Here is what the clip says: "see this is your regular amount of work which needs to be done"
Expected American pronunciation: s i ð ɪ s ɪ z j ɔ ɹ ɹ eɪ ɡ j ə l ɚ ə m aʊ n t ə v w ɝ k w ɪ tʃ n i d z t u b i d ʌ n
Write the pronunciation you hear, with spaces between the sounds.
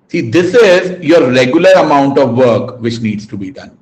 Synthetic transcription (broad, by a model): s i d ɪ s ɪ z j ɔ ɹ ɹ eɪ ɡ j ə l ɚ ə m aʊ n t ə v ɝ k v ɪ tʃ n i d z t u b i d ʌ n